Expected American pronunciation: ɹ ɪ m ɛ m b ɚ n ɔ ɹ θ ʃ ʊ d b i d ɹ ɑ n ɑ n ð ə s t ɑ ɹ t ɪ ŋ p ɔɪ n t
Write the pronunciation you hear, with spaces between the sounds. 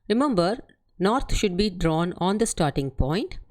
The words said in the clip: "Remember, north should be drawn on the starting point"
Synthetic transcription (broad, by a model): ɹ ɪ m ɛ m b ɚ n ɔ ɹ t ʃ ʊ d b i d ɹ ɑ n ɑ n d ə s t ɑ ɹ t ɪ ŋ p ɔɪ n t